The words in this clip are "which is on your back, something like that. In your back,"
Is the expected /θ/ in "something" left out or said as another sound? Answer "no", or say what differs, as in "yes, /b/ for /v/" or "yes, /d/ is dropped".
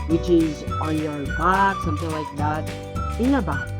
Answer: no